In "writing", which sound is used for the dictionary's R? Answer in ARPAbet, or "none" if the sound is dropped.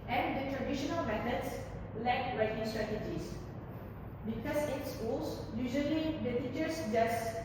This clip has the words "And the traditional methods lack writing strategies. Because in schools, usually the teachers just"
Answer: R